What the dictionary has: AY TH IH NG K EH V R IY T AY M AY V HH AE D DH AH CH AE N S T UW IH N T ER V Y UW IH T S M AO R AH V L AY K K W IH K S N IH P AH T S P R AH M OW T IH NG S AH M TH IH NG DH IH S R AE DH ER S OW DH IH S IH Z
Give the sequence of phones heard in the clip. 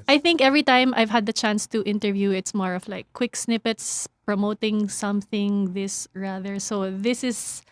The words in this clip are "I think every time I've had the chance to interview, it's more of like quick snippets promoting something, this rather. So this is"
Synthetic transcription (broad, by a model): AY TH IH NG K EH V R IY T AY M AY V HH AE D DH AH CH AE N S T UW IH N T ER V Y UW IH T S M AO R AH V L AY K K W IH K S N IH P AH T S P R AH M OW T IH NG S AH M TH IH NG DH IH S R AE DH ER S OW DH IH S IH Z